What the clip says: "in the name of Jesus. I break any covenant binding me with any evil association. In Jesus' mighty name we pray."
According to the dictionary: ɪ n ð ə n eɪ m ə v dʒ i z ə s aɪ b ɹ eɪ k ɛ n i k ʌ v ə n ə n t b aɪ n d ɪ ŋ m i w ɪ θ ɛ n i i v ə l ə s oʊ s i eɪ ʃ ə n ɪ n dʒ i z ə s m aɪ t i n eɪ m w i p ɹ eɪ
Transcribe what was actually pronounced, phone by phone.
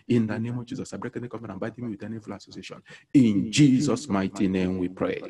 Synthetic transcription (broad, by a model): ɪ n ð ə n eɪ m ə v dʒ i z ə s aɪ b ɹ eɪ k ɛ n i k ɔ f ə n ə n b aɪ d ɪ m i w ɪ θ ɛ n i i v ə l ə s oʊ s i eɪ ʃ ə n ɪ n dʒ i z ə s m aɪ t i n eɪ m w i p ɹ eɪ